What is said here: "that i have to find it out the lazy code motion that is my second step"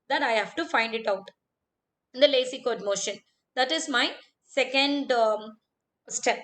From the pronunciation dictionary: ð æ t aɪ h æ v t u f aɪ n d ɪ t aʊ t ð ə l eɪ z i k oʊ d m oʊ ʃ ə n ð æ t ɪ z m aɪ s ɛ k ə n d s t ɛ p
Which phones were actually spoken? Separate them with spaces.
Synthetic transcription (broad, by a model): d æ t aɪ h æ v t u f aɪ n d ɪ t aʊ t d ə l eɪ s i k oʊ d m oʊ ʃ ə n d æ t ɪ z m aɪ s ɛ k ə n d s t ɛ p